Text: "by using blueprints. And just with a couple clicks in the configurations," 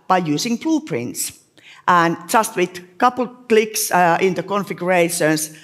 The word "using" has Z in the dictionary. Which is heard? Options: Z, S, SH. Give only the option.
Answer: S